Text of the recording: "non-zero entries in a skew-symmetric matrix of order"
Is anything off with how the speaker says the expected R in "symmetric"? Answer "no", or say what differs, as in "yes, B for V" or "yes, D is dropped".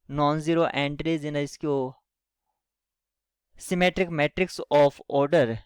no